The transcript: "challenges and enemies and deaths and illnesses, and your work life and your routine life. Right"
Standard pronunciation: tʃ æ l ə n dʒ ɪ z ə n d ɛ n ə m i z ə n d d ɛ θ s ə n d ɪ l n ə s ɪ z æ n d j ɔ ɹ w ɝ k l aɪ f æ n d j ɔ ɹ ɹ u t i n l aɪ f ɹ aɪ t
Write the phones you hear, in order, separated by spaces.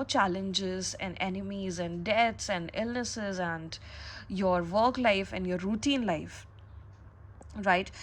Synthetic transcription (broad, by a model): tʃ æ l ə n dʒ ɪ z ə n d ɛ n ə m i z ə n d d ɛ t s ə n d ɪ l n ə s ɪ z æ n d j ɔ ɹ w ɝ k l aɪ f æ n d j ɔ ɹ ɹ u t i n l aɪ f ɹ aɪ t